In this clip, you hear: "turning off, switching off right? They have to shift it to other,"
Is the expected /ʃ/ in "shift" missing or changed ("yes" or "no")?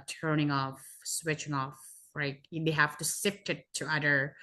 yes